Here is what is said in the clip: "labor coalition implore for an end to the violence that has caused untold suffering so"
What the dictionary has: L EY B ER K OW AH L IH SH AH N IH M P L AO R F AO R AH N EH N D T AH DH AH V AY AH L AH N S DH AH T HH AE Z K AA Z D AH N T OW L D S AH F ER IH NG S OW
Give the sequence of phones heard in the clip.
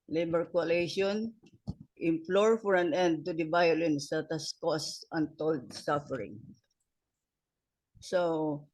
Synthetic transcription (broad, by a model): L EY B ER K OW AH L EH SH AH N IH M P L AO R F AO R AH N EH N D T AH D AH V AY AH L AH N S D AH T HH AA S K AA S AH N T OW L D S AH F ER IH NG S OW